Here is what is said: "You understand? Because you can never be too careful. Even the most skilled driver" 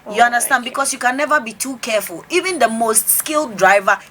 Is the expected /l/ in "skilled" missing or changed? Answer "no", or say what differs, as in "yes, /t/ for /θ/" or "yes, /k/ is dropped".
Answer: no